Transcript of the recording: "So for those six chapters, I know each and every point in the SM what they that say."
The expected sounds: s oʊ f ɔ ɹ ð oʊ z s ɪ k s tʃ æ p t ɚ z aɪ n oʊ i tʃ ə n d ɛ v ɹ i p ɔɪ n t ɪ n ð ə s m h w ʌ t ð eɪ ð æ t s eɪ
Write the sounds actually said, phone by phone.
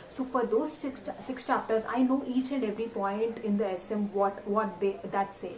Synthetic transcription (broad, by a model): s oʊ f ɔ ɹ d oʊ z s ɪ k s tʃ æ p t ɚ z aɪ n oʊ i tʃ ə n d ɛ v ɹ i p ɔɪ n t ɪ n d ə s m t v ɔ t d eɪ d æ t s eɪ